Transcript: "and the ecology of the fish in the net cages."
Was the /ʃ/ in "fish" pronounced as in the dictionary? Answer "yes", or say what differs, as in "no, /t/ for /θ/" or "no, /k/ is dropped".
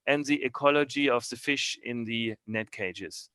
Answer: yes